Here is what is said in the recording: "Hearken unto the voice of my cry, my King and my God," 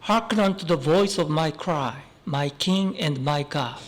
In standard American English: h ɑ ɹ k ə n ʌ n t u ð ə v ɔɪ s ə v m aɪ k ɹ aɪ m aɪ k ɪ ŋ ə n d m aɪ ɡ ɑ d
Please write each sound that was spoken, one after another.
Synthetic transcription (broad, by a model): h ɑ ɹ k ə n ʌ n t u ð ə v ɔɪ s ə v m aɪ k ɹ aɪ m aɪ k ɪ ŋ ə n d m aɪ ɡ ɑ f